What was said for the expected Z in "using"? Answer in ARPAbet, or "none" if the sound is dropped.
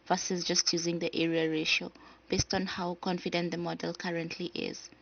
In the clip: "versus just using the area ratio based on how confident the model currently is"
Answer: Z